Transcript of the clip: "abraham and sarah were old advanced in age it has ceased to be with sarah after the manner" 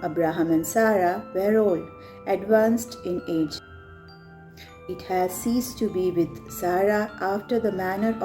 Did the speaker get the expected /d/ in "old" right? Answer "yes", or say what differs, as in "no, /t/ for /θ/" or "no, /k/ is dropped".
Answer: no, /d/ is dropped